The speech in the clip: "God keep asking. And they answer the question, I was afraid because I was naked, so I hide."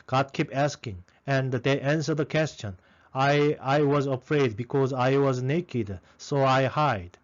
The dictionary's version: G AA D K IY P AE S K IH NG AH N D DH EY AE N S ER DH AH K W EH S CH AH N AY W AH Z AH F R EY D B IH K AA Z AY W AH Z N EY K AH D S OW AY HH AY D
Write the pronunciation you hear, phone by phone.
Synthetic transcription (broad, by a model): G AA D K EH P AE S K IH NG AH N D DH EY AE N S ER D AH K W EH S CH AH N AY W AH Z AH F R EY D B IH K AA Z AY W AH Z N EY K AH D S OW AY HH AY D